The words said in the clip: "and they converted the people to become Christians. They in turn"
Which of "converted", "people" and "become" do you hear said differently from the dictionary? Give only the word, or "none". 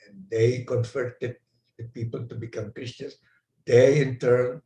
converted